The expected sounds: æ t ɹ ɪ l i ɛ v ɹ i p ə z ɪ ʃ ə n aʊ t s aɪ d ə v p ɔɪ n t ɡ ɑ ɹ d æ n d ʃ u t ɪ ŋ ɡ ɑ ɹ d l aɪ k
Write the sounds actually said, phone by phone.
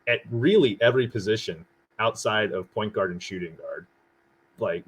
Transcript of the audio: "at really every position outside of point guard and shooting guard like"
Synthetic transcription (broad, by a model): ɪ t ɹ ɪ l i ɛ v ɹ i p ə z ɪ ʃ ə n aʊ t s aɪ d ə v p ɔɪ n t ɡ ɑ ɹ d n ʃ u t ɪ ŋ ɡ ɑ ɹ d l aɪ k